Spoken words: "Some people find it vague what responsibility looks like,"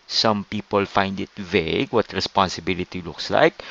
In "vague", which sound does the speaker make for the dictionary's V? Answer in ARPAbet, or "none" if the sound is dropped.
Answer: V